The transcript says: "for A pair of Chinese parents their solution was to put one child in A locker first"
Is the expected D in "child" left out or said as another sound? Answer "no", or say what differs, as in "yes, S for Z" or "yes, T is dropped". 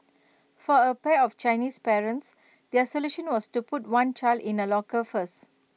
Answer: no